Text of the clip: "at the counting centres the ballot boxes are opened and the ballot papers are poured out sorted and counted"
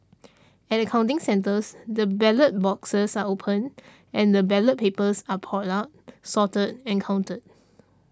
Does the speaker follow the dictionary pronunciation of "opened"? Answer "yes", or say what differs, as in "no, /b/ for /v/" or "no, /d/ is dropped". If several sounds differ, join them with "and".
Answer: no, /d/ is dropped